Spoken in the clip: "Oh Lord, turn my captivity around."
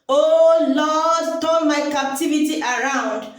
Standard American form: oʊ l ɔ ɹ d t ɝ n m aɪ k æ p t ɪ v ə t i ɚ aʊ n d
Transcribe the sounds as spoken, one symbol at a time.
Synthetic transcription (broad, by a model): oʊ l ɔ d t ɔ l m aɪ k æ p t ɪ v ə t i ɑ aʊ n d